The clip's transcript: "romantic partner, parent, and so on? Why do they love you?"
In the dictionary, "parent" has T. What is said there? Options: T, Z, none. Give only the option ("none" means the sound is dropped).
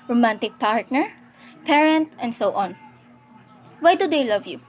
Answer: T